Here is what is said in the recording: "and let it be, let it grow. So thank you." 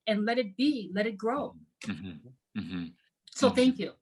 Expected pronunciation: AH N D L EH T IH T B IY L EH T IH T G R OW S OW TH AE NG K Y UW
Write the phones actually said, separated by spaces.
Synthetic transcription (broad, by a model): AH N L EH T IH T B IY L EH T IH T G R OW S OW TH AE NG K Y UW